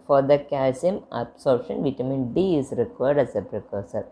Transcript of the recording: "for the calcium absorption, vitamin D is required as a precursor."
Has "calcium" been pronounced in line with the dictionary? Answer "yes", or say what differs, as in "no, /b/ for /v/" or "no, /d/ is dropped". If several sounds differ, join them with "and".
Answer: no, /l/ is dropped